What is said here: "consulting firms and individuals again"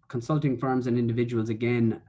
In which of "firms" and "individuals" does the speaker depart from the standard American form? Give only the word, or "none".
none